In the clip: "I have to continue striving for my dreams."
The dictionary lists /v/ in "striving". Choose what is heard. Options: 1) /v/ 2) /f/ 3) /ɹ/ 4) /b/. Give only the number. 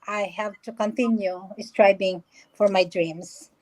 4